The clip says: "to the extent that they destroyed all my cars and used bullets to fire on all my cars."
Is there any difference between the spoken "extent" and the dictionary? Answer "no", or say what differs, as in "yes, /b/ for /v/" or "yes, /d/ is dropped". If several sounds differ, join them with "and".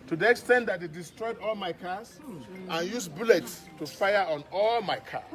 no